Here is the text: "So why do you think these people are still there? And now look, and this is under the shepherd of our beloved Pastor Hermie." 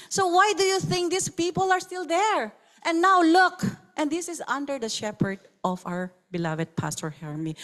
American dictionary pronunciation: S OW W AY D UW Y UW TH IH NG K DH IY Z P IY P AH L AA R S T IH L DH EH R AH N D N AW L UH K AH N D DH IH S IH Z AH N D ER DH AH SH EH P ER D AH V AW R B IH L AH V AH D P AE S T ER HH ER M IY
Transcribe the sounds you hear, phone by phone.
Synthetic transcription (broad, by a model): S OW W AY D UW Y UW TH IH NG K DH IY S P IY P AH L AA R S T IH L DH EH R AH N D N AW L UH K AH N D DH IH S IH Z AH N D ER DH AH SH EH P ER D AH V AW R B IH L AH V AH D P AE S T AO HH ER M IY